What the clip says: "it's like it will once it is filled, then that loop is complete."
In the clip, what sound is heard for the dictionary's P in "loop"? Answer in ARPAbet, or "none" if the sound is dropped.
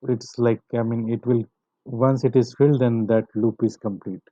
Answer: P